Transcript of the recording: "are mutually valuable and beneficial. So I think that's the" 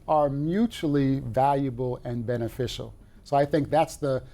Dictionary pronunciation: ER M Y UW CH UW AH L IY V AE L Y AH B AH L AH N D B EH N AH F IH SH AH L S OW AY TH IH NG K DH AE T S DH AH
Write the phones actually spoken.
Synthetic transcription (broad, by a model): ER M Y UW CH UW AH L IY V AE L Y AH B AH L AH N B EH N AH F IH SH L S OW AY TH IH NG K DH AE T S DH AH